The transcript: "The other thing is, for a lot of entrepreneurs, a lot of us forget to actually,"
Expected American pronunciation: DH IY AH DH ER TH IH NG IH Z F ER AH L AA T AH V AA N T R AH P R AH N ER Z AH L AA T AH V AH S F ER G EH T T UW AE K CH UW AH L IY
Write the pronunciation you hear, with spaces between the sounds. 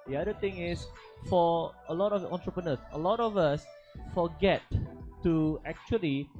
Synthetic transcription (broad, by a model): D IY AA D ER T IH NG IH S F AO AH L AA T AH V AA N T R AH P R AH N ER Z AH L AA T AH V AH S F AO G EH T T UW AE K CH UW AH L IY